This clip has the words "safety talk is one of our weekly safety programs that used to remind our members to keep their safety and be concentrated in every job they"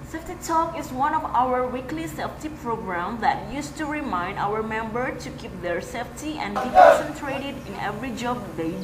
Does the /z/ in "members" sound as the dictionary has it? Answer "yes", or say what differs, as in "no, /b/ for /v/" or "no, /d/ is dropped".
no, /z/ is dropped